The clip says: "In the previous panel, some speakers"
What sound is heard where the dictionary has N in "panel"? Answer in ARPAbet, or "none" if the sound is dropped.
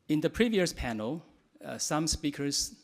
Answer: N